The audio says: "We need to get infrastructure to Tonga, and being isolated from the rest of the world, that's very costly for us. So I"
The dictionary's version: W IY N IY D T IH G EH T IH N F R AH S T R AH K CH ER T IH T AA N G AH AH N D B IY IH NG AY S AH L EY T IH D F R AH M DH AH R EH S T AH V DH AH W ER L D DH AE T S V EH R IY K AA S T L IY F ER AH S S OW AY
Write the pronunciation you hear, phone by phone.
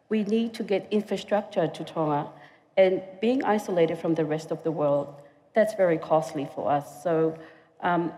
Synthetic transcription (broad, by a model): W IY N IY D T IH G EH T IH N F R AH S T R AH K CH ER T IH T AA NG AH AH N B IY IH NG AY S AH L EY T IH D F R AH M DH AH R EH S T AH V DH AH W ER L D DH AE T S V EH R IY K AA S T L IY F ER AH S S OW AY